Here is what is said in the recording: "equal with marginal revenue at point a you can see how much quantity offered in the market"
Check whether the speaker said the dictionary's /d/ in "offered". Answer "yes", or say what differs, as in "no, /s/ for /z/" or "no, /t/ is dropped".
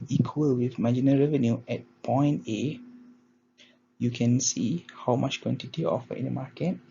no, /d/ is dropped